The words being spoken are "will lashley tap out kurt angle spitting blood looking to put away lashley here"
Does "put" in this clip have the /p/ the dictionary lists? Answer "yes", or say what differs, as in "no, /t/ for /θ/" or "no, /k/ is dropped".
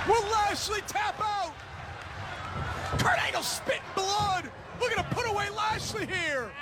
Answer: yes